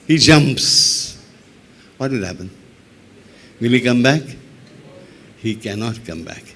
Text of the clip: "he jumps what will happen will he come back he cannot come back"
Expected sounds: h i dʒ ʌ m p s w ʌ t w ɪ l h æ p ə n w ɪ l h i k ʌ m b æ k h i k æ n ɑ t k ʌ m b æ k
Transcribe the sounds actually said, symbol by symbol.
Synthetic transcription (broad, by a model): h i dʒ ʌ m p s w ʌ t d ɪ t h æ p ə n w ɪ l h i k ʌ m b æ k h i k æ n ɑ t k ʌ m b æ k